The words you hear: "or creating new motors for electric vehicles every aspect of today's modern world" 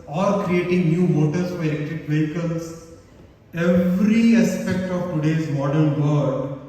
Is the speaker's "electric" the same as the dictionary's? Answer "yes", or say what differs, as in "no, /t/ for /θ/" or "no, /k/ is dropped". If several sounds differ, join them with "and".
no, /ɹ/ is dropped